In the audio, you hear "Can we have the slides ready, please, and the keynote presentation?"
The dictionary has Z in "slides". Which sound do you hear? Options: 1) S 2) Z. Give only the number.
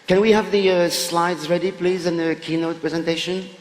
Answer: 2